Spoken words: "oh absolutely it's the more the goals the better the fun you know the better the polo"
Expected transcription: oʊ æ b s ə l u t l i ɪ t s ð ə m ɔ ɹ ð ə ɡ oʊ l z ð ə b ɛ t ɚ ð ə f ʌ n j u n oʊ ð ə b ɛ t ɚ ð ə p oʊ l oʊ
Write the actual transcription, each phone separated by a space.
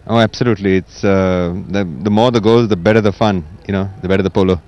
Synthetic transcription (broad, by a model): oʊ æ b s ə l u t l i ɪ t s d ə m ɔ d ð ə ɡ oʊ z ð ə b ɛ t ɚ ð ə f ʌ n j u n oʊ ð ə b ɛ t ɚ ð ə p oʊ l oʊ